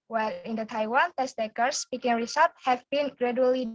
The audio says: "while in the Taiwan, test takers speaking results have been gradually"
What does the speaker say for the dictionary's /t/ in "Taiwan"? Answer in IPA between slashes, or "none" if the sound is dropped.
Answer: /t/